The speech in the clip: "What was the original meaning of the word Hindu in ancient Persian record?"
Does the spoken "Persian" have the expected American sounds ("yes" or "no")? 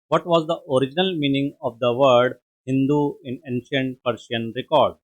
no